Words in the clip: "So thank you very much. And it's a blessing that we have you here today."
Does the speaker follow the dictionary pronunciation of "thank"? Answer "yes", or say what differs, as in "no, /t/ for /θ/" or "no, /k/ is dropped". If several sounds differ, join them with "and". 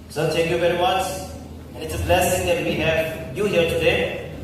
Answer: no, /t/ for /θ/